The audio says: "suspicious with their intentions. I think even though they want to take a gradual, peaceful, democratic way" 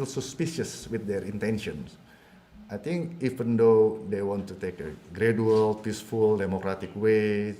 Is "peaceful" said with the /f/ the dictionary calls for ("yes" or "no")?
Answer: yes